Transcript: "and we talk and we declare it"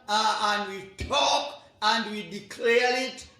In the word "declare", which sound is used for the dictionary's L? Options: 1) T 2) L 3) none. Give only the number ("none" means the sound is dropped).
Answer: 2